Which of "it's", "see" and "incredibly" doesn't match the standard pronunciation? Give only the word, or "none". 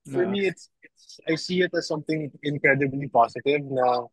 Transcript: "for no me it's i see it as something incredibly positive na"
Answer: none